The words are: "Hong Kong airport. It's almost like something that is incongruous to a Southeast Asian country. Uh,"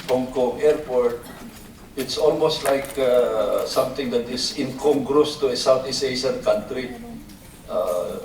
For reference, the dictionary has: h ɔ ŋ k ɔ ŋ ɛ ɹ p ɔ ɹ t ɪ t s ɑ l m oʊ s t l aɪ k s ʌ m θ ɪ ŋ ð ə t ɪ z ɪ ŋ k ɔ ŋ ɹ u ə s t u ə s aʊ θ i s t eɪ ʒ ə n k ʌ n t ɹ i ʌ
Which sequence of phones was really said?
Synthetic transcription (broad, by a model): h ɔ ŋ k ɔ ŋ ɛ ɹ p ɔ ɹ t ɪ t s ɑ l m oʊ s t l aɪ k s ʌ m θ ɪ ŋ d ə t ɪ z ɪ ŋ k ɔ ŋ ɹ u s t u ə s aʊ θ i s eɪ ʃ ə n k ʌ n t ɹ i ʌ